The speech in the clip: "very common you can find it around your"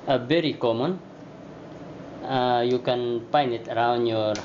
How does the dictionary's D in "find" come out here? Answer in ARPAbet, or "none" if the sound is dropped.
none